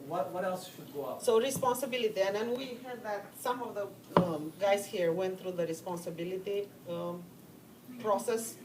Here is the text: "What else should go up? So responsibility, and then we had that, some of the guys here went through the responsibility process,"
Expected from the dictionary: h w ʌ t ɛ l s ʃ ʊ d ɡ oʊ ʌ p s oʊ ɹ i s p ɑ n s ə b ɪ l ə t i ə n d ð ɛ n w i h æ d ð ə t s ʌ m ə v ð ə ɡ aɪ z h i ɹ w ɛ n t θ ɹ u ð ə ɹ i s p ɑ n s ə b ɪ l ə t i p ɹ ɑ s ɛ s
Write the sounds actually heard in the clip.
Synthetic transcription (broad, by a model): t w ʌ t ɛ l s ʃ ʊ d ɡ oʊ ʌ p s oʊ ɹ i s p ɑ n s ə b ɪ l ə t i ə n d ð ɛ n w i h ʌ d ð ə t s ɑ m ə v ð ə ɡ aɪ s h i ɹ w ɛ n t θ ɹ u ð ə ɹ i s p ɑ n s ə b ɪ l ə t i p ɹ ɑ s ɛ s